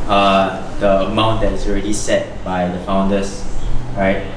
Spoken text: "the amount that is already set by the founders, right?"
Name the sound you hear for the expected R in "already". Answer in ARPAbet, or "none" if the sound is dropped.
R